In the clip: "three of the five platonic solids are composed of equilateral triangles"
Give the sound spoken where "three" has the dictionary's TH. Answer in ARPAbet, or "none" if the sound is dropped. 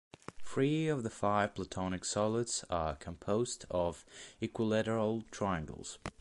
F